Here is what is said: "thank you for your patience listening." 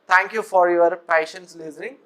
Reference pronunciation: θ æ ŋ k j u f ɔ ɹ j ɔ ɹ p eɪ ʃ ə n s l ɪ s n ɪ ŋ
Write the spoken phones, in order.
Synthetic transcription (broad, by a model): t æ ŋ k j u f ɔ ɹ j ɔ ɹ p eɪ ʃ ə n s l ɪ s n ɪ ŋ